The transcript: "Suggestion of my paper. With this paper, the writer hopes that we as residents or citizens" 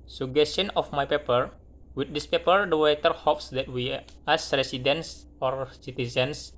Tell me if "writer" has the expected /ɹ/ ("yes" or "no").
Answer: no